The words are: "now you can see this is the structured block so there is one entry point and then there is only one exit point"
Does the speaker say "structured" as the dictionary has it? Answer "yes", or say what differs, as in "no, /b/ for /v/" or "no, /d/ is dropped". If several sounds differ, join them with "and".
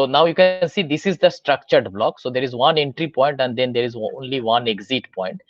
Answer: yes